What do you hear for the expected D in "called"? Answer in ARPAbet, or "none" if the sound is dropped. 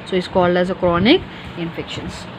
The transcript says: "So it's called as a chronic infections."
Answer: D